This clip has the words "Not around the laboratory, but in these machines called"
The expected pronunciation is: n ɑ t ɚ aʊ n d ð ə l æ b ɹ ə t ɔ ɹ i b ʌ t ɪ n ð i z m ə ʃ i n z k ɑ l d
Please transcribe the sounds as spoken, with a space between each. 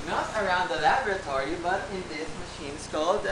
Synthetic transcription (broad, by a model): n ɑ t ɚ aʊ n d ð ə l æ b ɹ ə t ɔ ɹ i b ʌ t ɪ n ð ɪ s m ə ʃ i n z k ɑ l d